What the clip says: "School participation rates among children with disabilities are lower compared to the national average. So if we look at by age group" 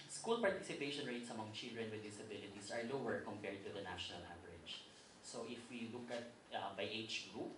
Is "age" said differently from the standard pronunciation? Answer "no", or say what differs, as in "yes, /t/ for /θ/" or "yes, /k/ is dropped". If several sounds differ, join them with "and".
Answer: yes, /tʃ/ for /dʒ/